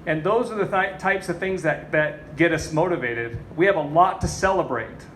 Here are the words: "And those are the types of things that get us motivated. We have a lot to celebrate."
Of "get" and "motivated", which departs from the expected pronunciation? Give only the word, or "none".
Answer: none